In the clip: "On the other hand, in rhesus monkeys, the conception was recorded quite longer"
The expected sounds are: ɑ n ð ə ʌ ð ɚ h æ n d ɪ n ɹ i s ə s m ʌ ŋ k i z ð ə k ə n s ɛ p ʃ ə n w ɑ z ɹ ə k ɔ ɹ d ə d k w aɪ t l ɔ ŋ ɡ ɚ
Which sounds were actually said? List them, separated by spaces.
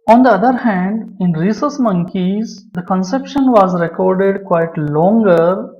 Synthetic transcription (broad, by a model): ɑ n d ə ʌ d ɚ h æ n d ɪ n ɹ i s ə s m ʌ ŋ k i z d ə k ə n s ɛ p ʃ ə n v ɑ z ɹ ə k ɔ ɹ d ə d k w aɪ t l ɔ ŋ ɡ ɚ